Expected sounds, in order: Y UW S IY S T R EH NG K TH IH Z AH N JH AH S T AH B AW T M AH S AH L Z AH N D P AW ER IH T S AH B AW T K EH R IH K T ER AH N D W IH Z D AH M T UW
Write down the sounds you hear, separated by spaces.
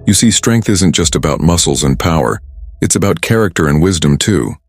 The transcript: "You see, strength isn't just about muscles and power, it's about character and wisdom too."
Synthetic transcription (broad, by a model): Y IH S IY S T R EH NG K TH IH Z AH N JH AH S T AH B AW T M AH S L Z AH N P AW ER IH T S AH B AW T K EH R IH K T ER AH N W IH Z D AH M T UW